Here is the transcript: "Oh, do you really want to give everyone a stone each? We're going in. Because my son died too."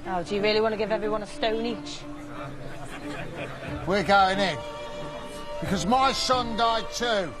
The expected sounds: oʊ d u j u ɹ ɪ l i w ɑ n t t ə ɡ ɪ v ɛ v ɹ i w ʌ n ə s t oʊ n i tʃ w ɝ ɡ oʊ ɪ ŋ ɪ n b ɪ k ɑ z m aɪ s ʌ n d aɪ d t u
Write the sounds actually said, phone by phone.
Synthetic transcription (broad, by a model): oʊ d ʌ j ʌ ɹ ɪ l i w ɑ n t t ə ɡ ɪ v ɛ v ɹ i w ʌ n ə s t oʊ n i tʃ w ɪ ɡ oʊ ɪ ŋ ɪ n b ɪ k ɑ z m aɪ s ʌ n d aɪ d t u